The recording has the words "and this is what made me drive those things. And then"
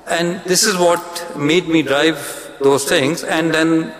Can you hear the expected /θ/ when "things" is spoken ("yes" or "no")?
no